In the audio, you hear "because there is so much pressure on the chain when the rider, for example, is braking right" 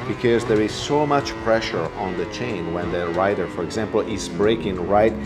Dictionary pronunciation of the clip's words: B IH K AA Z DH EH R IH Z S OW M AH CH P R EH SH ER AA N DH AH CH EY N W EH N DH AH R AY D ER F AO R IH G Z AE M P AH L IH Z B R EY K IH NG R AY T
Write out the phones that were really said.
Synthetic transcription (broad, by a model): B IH K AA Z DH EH R IH Z S OW M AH CH P R EH SH ER AA N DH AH CH EY N W EH N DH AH R AY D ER F AO R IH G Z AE M P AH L IH Z B R EY K IH NG R AY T